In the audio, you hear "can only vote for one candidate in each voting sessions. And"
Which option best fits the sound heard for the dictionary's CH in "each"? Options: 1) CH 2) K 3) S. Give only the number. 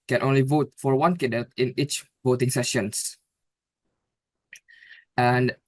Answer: 1